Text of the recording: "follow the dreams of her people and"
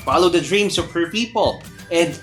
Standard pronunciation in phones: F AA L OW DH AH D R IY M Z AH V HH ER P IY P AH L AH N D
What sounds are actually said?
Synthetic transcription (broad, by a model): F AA L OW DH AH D R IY M S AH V HH ER P IY P AH L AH N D